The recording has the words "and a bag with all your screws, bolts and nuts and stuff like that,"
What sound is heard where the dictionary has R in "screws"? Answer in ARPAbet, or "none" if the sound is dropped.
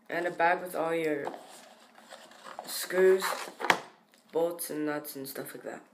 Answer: none